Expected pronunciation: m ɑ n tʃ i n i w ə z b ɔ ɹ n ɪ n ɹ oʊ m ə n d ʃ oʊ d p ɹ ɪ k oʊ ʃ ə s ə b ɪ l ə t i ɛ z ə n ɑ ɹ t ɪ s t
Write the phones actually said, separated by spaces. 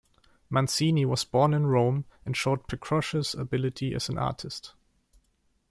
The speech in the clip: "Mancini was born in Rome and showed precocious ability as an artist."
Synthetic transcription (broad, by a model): m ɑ n s i n i w ə z b ɔ ɹ n ɪ n ɹ oʊ m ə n ʃ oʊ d p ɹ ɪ k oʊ ʃ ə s ə b ɪ l ə t i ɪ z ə n ɑ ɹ t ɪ s t